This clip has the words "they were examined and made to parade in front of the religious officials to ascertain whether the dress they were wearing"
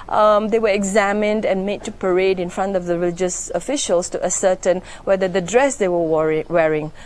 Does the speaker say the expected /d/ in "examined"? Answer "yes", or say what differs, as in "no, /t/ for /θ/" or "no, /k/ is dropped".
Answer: yes